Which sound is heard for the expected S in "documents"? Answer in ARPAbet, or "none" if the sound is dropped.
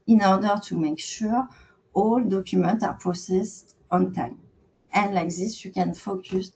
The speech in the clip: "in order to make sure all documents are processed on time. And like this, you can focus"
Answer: none